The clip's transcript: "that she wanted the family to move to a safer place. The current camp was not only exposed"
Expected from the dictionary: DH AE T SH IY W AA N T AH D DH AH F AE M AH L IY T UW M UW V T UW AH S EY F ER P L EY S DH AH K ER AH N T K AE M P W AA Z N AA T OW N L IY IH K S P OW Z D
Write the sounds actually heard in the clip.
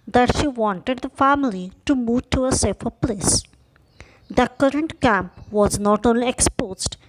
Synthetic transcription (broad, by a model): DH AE T SH IY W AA N T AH D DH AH F AE M AH L IY T UW M UW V T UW AH S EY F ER P L EY S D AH K ER AH N T K AE M P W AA Z N AA T OW N L IY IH K S P OW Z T